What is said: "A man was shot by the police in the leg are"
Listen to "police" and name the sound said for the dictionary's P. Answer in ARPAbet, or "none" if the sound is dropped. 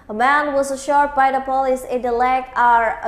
P